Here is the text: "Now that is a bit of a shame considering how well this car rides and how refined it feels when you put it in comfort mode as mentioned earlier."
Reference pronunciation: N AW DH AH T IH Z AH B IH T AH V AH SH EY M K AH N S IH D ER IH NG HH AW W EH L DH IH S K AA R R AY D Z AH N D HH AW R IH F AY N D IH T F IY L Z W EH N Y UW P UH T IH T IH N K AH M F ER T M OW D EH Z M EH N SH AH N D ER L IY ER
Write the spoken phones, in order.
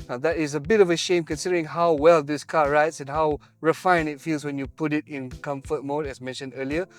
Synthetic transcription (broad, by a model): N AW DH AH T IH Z AH B IH T AH V AH SH EY M K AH N S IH D ER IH NG HH AW W EH L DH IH S K AA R R AY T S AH N HH AW R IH F AY N IH T F IY L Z W EH N Y UW P UH T IH T IH N K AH M F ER T M OW D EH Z M EH N SH AH N D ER L IY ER